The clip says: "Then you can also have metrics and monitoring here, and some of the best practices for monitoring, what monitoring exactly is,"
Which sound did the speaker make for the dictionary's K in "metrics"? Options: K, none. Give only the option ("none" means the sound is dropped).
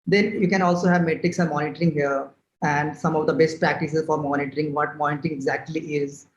K